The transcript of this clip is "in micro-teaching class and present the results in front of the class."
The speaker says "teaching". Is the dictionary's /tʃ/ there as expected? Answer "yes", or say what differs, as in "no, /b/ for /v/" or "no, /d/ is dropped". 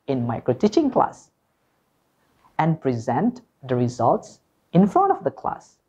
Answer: yes